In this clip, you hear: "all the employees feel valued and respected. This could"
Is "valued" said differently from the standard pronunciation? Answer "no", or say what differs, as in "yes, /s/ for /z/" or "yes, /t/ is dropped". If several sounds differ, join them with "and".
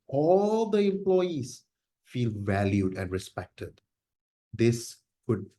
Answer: no